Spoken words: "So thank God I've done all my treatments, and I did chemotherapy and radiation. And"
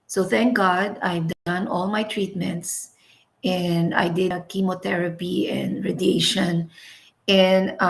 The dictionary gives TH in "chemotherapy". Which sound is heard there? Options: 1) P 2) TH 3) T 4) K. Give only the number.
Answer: 3